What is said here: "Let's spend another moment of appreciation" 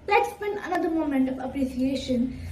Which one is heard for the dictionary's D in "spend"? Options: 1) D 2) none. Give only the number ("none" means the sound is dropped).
2